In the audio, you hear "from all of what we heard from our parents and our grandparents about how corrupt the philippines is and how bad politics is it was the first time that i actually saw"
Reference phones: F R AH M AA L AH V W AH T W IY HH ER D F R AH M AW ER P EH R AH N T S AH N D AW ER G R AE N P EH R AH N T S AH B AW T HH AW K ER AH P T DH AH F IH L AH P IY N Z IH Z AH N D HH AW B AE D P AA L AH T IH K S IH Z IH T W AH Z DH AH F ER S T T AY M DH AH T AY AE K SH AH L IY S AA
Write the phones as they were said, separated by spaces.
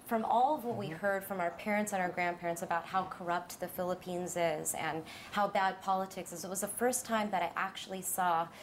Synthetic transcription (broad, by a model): F R AH M AA L AH V W AH T W IY HH ER D F R AH M AW ER P EH R AH N T S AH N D AW ER G R AE N P EH R AH N T S AH B AW T HH AW K ER AH P T DH AH F IH L AH P IY N Z IH Z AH N HH AW B AE D P AA L AH T IH K S IH Z IH T W AH Z DH AH F ER S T T AY M DH AH T AY AE K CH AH L IY S AA